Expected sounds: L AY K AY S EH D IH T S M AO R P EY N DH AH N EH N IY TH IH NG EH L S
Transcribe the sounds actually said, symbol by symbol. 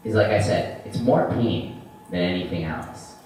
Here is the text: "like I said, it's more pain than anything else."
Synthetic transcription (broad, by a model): L AY K AY S EH D IH T S M AO R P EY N DH AH N EH N IY TH IH NG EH L S